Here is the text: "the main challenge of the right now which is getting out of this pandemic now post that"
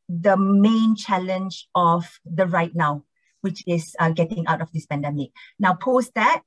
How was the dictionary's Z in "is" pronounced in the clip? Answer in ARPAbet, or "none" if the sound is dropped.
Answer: S